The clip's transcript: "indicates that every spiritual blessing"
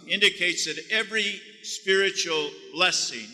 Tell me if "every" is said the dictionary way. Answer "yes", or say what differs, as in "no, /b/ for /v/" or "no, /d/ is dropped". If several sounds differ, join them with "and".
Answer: yes